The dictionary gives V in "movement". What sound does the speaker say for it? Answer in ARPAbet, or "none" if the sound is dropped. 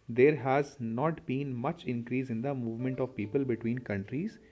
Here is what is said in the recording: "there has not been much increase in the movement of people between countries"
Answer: V